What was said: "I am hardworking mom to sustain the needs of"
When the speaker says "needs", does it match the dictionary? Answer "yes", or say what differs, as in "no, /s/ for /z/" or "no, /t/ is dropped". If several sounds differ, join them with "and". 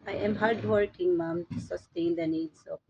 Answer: no, /s/ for /z/